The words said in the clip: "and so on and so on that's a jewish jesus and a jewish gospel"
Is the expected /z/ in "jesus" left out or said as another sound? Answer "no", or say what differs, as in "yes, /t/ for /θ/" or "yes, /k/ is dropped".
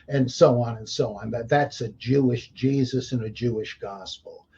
no